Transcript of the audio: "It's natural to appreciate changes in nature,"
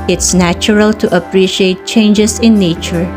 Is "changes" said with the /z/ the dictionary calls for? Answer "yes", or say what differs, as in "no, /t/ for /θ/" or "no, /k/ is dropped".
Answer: no, /s/ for /z/